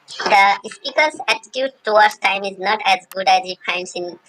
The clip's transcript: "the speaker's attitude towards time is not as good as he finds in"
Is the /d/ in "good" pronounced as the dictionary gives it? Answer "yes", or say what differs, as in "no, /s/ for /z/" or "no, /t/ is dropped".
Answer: yes